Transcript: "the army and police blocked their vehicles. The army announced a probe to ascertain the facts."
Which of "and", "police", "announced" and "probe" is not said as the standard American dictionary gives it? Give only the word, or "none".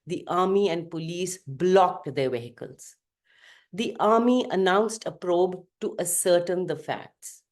none